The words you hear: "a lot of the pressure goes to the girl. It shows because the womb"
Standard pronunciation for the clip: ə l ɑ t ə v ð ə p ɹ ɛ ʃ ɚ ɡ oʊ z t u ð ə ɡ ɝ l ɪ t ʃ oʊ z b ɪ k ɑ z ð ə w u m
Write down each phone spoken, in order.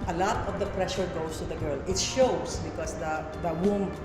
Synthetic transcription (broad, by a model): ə l ɑ t ə v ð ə p ɹ ɛ ʃ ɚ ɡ oʊ s t u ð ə ɡ ɝ l ɪ t ʃ oʊ s b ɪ k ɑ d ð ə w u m